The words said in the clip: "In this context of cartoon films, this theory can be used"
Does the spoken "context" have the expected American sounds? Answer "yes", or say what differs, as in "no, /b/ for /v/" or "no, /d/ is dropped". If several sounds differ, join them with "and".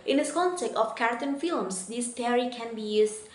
no, /s/ is dropped